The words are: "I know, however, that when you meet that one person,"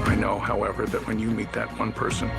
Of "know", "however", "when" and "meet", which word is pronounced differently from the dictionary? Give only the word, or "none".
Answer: none